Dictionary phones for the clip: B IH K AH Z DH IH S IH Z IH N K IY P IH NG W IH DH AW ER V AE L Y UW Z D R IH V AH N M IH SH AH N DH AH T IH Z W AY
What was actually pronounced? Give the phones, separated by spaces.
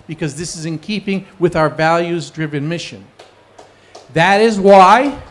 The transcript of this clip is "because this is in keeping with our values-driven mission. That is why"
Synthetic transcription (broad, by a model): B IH K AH Z DH IH S IH Z IH N K IY P IH NG W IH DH AW ER V AE L Y UW Z D R IH V AH N M IH SH AH N DH AH T IH Z W AY